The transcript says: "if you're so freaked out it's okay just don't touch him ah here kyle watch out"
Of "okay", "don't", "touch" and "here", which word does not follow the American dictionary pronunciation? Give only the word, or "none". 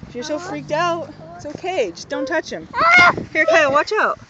none